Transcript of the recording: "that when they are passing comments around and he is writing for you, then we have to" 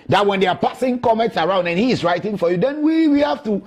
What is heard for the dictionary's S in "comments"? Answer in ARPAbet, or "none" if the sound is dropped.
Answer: S